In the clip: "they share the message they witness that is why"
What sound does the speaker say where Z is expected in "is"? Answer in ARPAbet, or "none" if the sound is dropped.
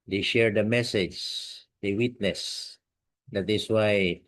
S